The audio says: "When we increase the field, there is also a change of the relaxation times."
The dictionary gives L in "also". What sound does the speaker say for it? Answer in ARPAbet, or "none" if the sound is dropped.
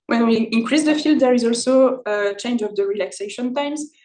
L